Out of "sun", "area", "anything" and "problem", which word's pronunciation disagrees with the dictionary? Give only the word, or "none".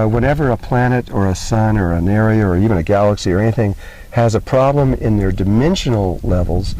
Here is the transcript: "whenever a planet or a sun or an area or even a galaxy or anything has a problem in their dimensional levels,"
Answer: none